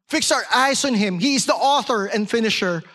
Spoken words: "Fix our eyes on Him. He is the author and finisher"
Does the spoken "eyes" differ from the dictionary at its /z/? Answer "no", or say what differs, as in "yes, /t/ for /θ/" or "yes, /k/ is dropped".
yes, /s/ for /z/